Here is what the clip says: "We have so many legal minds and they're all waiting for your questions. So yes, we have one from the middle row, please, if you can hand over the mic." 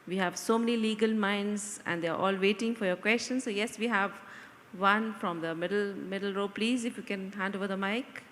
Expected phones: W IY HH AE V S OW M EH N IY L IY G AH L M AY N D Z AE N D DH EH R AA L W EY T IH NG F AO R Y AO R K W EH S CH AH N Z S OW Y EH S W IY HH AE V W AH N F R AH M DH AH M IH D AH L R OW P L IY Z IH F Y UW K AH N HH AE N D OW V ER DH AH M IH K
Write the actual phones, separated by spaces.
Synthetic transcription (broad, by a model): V IY HH AE V S OW M EH N IY L IY G AH L M AY N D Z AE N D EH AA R AA L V EY T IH NG F AO R Y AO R K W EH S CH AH N S OW Y EH S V IY HH AE V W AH N F R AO M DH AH M IH D AH L R OW P L IY Z IH F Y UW K AH N HH AE N D OW V ER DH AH M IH K